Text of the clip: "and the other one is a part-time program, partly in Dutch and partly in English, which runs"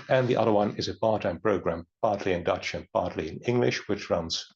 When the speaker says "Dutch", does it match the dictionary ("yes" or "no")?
yes